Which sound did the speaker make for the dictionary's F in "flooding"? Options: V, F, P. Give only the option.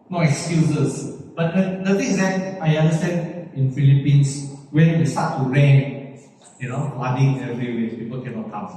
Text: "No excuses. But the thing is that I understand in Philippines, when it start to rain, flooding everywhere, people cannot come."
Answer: P